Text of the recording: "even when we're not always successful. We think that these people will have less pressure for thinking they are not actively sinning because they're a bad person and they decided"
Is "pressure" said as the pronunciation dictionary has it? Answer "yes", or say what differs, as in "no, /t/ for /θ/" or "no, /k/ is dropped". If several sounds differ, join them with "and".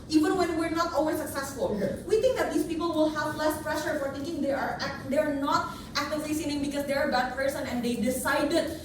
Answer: yes